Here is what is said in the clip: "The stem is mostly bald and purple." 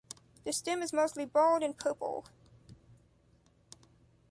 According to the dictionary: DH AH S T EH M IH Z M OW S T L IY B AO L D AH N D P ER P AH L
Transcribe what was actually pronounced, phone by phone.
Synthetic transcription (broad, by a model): DH AH S T EH M IH Z M OW S T L IY B AO L D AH N P ER P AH L